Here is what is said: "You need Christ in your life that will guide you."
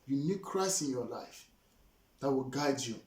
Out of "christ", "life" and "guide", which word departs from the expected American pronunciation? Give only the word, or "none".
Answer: christ